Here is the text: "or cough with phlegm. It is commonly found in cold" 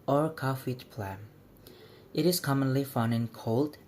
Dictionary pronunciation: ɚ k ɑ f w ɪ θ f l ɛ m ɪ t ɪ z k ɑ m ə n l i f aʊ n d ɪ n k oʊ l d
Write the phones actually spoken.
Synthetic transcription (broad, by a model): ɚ k ɑ f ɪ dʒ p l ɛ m ɪ t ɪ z k ɑ m ə n l i f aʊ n ɪ n k oʊ l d